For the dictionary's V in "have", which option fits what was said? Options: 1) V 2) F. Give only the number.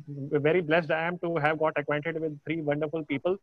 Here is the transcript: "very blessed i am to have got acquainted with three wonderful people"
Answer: 1